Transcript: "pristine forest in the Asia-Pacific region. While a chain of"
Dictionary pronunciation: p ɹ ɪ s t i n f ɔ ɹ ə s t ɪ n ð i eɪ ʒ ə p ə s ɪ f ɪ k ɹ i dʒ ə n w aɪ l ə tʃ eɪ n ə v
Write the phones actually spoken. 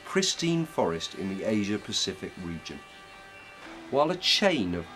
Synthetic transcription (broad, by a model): p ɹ ɪ s t i n f ɔ ɹ ə s t ɪ n ð i eɪ ʒ ə p ə s ɪ f ɪ k ɹ i dʒ ə n w aɪ l ə tʃ eɪ n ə v